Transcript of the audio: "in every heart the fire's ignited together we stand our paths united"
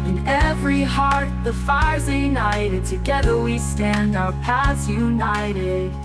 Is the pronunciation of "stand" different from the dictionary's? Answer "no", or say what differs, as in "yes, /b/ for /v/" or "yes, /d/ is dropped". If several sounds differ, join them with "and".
no